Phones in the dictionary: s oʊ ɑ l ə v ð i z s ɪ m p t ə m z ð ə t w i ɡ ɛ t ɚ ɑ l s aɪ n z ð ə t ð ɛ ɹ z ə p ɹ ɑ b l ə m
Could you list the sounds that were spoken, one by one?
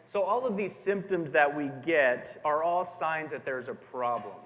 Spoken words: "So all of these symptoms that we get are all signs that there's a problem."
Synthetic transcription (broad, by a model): s oʊ ɑ l ə v ð i z s ɪ m p t ə m z ð ə t w i ɡ ɛ t ɚ ɑ l s aɪ n z ð ə t ð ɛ ɹ z ə p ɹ ɑ b l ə m